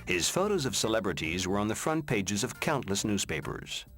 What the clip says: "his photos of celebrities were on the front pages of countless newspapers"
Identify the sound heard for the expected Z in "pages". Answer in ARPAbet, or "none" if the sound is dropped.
Z